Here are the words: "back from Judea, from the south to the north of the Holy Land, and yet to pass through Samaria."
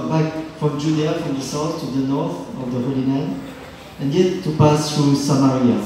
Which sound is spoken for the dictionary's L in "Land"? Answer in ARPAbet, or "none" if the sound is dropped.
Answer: N